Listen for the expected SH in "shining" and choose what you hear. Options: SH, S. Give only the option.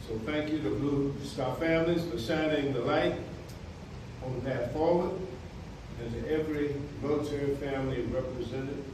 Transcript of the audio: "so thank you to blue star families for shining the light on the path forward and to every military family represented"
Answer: S